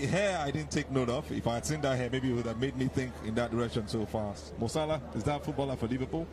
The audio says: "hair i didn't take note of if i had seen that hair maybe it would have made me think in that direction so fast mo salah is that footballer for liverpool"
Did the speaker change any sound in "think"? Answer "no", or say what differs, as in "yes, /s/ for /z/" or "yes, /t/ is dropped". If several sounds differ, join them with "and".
no